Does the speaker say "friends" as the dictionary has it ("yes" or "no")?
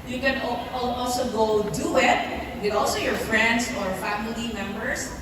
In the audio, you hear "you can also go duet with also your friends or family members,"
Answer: no